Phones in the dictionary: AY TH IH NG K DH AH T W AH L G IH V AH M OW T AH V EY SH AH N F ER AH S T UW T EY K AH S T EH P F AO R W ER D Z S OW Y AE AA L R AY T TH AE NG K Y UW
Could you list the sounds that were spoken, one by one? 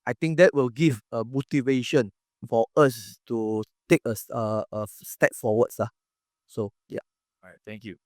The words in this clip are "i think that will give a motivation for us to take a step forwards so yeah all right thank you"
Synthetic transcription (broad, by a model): AY T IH NG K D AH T W AH L G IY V AH M OW T AH V EY SH AH N F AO AH S T UW T EY K AH S T EH P F AO W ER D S S OW Y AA R AY T T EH NG K Y UW